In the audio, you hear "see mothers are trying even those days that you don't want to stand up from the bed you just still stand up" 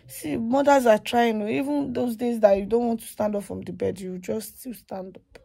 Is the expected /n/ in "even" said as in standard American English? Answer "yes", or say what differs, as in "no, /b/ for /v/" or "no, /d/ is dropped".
yes